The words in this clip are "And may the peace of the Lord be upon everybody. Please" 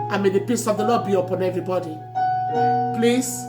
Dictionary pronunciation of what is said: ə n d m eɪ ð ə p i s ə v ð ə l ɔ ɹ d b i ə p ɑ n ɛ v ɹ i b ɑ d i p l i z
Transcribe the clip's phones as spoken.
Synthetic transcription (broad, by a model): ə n m eɪ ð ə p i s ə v ð ə l ɔ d b i ə p ɑ n ɛ v ɹ i b ɑ d i p l i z